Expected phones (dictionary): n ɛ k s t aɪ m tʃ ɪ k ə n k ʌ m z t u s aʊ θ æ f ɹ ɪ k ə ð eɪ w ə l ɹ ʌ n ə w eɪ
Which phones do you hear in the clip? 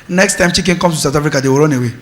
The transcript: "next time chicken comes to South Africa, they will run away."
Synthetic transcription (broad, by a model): n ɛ k s t aɪ m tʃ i k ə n k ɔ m t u s aʊ t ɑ f ɹ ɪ k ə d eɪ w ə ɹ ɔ n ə w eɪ